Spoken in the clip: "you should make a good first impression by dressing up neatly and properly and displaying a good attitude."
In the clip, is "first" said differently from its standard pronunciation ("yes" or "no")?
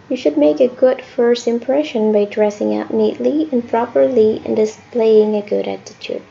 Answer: no